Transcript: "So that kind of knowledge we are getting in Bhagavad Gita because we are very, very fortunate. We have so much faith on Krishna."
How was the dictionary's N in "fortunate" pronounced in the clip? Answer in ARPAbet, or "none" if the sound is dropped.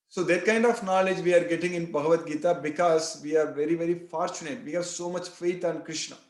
N